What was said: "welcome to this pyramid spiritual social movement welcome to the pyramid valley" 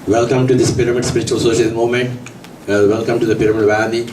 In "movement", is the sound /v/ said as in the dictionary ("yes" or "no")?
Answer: no